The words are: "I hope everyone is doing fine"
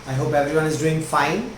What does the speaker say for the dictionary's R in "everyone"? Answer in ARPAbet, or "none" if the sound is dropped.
R